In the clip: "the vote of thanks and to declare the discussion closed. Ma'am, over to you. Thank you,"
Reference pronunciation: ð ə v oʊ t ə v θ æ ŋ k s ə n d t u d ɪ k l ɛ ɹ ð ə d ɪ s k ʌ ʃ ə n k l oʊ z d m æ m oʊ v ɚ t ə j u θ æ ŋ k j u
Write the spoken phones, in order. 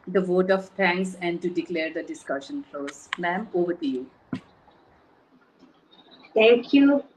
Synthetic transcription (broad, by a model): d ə v oʊ t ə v t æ ŋ k s ə n d t u d ɪ k l ɛ ɹ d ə d ɪ s k ʌ ʃ ə n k l oʊ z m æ m oʊ v ɚ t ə j u t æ ŋ k j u